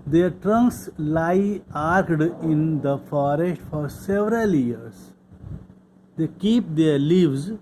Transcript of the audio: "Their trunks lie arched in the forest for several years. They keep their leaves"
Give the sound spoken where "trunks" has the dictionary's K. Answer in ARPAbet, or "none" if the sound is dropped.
K